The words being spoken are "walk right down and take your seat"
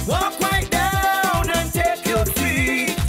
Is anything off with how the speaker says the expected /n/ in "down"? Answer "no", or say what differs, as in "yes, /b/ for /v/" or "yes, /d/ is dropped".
no